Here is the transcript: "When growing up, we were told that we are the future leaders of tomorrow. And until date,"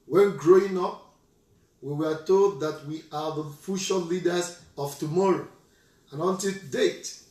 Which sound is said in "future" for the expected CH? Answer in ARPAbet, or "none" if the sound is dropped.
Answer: SH